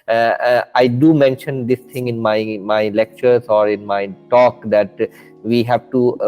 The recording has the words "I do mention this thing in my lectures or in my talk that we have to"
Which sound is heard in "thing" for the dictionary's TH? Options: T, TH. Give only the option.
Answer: T